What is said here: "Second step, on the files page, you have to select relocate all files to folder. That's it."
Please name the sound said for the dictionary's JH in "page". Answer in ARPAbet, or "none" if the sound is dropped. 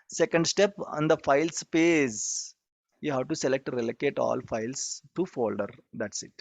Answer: Z